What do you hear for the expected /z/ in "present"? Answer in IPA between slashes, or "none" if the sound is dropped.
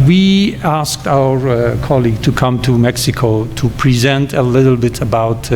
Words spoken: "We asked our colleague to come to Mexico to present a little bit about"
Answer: /z/